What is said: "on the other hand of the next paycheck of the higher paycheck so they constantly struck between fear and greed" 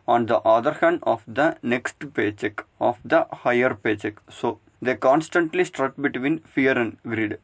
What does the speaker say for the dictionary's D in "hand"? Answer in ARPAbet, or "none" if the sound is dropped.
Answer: D